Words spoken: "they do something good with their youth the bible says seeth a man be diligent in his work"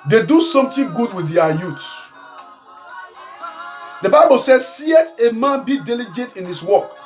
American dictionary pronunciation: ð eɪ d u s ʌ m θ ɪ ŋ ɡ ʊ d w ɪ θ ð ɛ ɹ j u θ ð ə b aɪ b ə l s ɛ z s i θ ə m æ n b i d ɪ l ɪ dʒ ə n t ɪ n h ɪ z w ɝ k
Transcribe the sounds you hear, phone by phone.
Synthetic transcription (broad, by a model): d eɪ d u s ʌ m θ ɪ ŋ ɡ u d w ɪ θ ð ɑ j u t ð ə b aɪ b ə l s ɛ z s i t ə m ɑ n b i d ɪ l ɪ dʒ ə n t ɪ n h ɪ s w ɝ k